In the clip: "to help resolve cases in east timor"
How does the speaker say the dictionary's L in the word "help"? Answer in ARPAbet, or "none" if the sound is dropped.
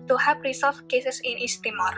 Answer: none